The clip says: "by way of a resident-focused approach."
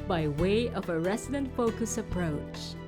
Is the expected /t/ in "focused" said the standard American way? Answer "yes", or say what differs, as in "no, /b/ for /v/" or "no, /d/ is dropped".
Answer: no, /t/ is dropped